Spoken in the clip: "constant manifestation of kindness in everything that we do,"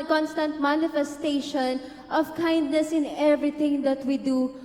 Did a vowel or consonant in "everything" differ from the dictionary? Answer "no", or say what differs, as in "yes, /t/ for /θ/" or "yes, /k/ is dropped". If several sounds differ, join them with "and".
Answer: yes, /t/ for /θ/